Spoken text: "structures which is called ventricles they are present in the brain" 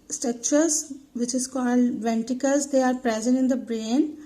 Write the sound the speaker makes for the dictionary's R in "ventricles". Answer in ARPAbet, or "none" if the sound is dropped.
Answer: none